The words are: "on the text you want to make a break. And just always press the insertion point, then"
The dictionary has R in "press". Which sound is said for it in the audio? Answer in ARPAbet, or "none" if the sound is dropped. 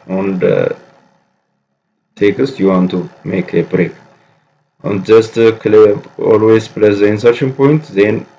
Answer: L